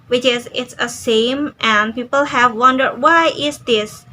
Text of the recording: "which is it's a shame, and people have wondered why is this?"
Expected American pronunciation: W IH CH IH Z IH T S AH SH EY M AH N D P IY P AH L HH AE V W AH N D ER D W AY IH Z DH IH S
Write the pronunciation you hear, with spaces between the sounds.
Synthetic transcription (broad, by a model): W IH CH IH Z IH T S AH S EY M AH N P IY P AH L HH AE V W AH N D ER D W AY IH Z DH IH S